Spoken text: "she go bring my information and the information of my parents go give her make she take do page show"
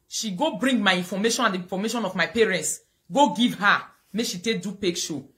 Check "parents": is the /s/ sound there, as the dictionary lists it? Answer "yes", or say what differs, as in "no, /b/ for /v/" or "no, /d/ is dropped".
yes